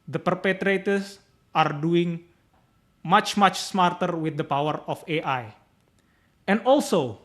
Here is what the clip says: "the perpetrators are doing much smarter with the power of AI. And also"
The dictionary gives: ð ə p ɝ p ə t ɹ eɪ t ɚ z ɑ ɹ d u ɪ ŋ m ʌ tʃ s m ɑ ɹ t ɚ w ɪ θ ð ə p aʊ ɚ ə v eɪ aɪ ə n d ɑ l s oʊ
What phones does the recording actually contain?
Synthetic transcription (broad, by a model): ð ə p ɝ p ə t ɹ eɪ t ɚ s ɑ ɹ d u ɪ ŋ m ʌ tʃ s m ɑ ɹ t ɚ w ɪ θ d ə p aʊ ɚ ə f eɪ aɪ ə n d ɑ l s oʊ